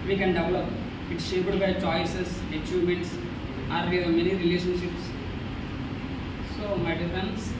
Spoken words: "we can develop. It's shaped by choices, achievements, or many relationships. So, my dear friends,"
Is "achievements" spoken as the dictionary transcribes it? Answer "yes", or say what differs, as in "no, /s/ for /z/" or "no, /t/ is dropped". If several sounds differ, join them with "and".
no, /v/ is dropped